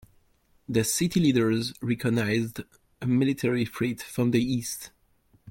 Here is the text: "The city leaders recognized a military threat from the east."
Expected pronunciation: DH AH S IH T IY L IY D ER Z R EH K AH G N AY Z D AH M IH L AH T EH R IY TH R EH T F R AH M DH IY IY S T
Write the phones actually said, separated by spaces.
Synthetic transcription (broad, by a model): DH AH S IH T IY L IY D ER Z R EH K AH G N AY Z D AH M IH L AH T EH R IY F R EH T F R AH M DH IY IY S T